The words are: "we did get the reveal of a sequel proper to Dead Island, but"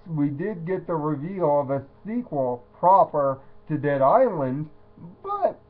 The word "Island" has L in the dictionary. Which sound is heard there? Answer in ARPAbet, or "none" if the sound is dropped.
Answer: L